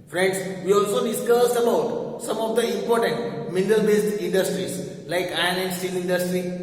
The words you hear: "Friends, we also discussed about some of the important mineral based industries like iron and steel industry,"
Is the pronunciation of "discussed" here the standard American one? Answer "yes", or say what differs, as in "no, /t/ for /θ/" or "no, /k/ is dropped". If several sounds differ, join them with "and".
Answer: no, /t/ is dropped